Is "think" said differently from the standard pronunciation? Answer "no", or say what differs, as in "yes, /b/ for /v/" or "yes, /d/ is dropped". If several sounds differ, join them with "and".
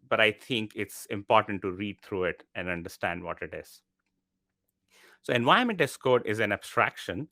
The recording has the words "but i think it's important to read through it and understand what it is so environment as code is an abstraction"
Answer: yes, /t/ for /θ/